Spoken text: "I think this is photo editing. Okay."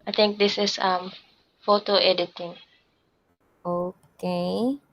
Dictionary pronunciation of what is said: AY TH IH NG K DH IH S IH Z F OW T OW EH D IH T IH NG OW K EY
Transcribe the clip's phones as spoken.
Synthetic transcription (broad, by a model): AY T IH NG K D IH S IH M F OW T OW EH D IH T IH NG OW K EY